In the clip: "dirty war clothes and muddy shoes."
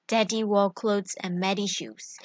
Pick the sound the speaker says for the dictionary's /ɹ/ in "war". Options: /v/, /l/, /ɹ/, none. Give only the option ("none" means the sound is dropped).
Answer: /l/